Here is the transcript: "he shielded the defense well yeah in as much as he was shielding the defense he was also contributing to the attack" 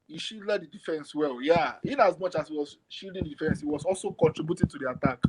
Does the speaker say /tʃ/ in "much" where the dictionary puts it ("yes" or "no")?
yes